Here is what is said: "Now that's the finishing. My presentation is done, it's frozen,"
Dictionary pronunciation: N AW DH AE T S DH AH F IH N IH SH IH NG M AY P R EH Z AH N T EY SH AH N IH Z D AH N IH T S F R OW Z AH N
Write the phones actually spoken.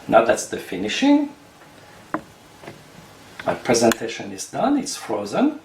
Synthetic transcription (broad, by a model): N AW DH AE T S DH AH F IH N IH SH IH NG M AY P R EH Z AH N T EY SH AH N IH Z D AH N IH T S F R OW Z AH N